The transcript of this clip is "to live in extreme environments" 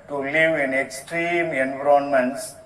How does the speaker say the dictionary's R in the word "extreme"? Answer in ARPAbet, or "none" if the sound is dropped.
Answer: R